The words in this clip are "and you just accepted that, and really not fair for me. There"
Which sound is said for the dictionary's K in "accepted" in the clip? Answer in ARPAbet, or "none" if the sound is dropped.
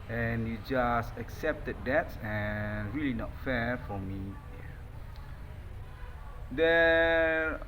K